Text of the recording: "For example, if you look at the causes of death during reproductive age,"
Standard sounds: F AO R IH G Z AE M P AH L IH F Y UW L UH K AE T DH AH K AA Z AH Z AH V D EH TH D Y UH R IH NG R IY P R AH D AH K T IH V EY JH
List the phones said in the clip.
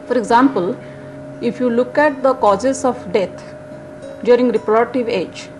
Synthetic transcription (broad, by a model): F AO R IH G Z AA M P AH L IH F Y UW L UH K AE T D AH K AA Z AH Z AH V D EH T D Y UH R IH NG R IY P R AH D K T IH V EY JH